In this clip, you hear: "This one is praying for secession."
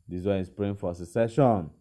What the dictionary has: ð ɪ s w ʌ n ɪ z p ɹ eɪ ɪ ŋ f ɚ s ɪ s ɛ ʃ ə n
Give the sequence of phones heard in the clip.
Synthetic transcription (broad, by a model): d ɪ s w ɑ ɪ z p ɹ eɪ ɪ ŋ f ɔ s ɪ s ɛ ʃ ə n